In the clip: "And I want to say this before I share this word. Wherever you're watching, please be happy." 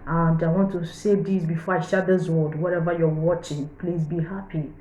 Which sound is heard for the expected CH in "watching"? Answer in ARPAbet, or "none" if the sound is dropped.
CH